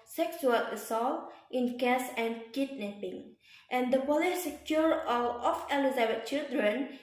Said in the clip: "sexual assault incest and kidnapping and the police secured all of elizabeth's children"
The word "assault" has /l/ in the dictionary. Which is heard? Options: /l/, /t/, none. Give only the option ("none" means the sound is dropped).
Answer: /l/